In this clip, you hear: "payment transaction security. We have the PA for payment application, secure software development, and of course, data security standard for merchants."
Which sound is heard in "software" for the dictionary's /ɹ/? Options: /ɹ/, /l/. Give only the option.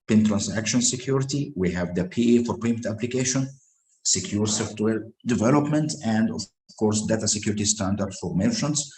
/l/